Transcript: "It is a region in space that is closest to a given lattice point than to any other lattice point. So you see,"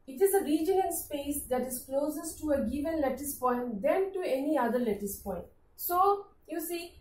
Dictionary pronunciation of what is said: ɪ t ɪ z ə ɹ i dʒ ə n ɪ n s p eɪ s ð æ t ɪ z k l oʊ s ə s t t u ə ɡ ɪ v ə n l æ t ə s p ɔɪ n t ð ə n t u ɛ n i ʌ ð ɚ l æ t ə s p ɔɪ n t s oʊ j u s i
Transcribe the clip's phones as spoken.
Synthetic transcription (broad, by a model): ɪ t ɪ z ə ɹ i dʒ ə ɪ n s p eɪ s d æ t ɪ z k l oʊ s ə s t t u ə ɡ ɪ v ə n l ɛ t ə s p ɔɪ n t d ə n t u ɛ n i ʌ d ɚ l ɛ t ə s p ɔɪ n t s oʊ j u s i